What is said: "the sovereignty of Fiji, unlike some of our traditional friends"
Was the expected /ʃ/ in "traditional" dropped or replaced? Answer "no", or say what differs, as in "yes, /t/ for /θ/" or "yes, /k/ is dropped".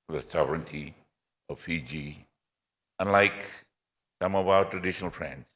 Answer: no